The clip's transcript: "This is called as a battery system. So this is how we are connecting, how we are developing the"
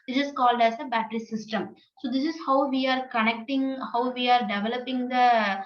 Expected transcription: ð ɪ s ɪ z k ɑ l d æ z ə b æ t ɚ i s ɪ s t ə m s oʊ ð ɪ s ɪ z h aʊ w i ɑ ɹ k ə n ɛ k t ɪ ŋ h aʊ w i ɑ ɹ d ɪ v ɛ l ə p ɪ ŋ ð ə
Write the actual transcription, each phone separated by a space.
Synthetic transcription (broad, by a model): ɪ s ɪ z k ɑ l d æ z ə b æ t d i s ɪ s t ə m s oʊ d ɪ s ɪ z h aʊ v i ɑ ɹ k ə n ɛ k t ɪ ŋ h aʊ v i ɑ ɹ d ɪ v ɛ l ə p ɪ ŋ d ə